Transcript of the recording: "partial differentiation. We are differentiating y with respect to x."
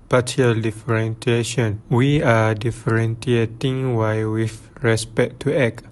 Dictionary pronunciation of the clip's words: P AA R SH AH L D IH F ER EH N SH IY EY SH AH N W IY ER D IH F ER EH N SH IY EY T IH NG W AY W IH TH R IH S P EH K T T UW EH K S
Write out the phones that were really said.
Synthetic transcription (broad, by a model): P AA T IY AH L D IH F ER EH N S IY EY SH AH N W IY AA D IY F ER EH N S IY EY T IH NG W AY W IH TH R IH S P EH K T T UW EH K